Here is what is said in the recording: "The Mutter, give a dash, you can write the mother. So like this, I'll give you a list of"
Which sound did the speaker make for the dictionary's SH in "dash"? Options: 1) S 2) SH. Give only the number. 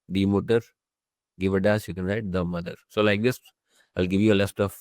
1